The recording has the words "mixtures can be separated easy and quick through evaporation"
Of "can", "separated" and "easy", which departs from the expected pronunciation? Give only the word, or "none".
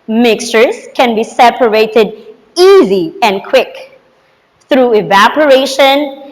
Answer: none